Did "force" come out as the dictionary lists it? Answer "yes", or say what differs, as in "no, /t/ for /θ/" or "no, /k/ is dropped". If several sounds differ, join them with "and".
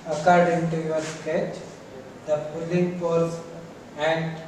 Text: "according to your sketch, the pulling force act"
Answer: no, /p/ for /f/